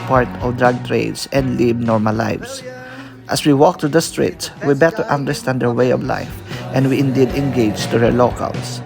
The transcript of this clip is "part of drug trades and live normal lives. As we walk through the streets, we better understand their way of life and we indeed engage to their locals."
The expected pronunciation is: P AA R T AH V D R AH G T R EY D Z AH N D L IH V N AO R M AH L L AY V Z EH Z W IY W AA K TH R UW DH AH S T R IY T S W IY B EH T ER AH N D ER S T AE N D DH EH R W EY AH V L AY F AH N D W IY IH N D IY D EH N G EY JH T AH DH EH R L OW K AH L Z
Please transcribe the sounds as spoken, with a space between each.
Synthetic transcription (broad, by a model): P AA R T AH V D R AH G T R EY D S AH N D L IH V N AO R M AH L L AY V S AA S W IY W AA K T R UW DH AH S T R IY T S W IY B EH T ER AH N D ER S T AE N D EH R W EY AH V L AY F AH N D W IY IH N D IY D EH N G EY JH T AH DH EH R L OW K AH L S